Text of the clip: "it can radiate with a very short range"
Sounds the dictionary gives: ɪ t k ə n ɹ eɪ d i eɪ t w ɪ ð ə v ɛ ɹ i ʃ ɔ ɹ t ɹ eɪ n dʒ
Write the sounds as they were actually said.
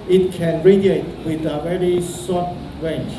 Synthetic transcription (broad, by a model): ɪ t k ə n ɹ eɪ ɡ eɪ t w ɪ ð ə v ɛ ɹ i s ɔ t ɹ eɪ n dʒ